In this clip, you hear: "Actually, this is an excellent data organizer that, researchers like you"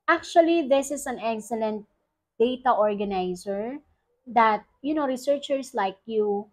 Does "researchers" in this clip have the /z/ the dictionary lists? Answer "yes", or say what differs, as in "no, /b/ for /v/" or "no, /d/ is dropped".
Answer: no, /s/ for /z/